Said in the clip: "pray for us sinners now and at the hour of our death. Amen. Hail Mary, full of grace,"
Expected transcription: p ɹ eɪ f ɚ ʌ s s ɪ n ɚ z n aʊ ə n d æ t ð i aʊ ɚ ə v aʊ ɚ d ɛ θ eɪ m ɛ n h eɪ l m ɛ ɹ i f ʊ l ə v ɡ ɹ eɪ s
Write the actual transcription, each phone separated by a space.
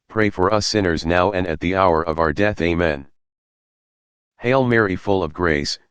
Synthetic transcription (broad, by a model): p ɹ eɪ f ɚ ʌ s s ɪ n ɚ z n aʊ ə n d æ t ð i aʊ ɚ ə v aʊ ɚ d ɛ θ eɪ m ɛ n h eɪ l m ɛ ɹ i f ʊ l ə v ɡ ɹ eɪ s